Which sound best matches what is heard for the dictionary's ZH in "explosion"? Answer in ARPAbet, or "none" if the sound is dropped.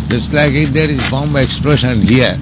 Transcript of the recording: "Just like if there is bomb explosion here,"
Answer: SH